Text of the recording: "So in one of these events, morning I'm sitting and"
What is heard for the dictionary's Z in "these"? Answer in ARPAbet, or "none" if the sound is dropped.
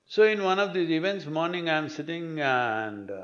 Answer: none